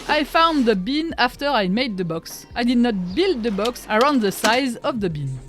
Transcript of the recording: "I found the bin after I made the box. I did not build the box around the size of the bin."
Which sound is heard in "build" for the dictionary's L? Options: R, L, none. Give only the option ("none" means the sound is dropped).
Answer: L